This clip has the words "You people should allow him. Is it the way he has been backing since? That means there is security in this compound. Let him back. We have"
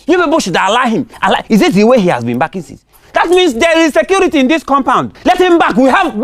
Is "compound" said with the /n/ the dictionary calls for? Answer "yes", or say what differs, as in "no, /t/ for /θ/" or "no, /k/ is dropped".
yes